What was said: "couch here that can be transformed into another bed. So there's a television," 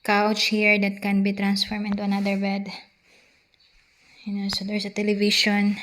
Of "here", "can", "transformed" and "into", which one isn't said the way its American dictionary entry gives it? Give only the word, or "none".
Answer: transformed